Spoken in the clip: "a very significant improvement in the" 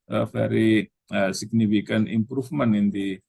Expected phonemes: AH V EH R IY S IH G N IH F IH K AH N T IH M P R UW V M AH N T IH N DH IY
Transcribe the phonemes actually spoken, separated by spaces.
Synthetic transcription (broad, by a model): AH F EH R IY S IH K N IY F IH K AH N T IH M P R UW F M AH N IH N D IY